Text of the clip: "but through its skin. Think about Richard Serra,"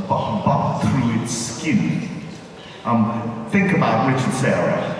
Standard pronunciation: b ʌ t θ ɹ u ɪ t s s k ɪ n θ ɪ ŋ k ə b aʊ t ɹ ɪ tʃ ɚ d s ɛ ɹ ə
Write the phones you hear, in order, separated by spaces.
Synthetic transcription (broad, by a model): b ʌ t θ ɹ u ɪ t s s k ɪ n θ ɪ ŋ k ə b aʊ t ɹ ɪ tʃ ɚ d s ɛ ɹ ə